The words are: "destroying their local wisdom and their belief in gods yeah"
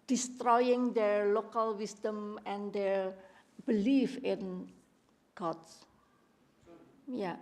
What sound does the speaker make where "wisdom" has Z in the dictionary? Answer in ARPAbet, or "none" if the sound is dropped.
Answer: S